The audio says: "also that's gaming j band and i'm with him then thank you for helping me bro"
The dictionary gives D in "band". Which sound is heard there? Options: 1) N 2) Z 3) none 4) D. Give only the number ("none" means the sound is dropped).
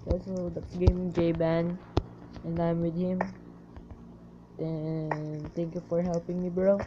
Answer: 3